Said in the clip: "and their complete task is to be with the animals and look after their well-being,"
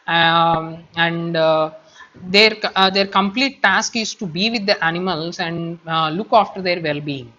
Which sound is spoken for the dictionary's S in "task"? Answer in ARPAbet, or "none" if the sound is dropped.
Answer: S